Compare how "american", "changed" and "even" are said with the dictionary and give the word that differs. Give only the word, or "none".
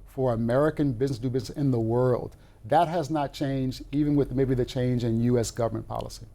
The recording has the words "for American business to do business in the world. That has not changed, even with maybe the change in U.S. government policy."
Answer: none